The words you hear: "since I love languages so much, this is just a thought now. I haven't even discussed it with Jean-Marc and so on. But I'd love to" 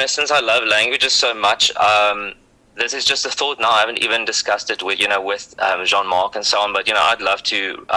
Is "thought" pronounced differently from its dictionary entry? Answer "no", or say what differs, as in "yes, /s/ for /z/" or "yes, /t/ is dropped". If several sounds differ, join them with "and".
no